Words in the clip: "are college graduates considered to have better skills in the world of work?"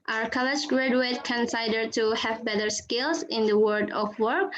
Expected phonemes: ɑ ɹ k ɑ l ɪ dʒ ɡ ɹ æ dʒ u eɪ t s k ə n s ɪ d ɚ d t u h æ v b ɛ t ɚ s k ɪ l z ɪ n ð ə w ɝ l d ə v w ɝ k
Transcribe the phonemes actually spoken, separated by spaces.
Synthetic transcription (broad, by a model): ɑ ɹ k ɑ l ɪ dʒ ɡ ɹ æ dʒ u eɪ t k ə n s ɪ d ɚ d t u h æ v b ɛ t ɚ s k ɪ l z ɪ n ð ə w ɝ d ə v w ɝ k